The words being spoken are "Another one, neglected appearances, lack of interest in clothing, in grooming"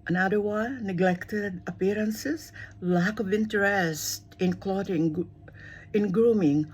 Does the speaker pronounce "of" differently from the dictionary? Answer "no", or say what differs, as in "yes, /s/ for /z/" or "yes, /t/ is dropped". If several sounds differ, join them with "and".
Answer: no